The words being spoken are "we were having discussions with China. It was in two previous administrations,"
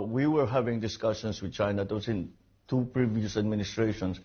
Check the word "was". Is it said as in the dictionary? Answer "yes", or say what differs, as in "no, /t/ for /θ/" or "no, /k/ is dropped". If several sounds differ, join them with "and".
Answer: no, /s/ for /z/